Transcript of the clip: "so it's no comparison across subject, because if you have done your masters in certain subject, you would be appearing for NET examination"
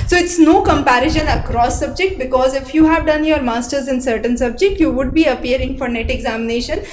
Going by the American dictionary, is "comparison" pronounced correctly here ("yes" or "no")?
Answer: no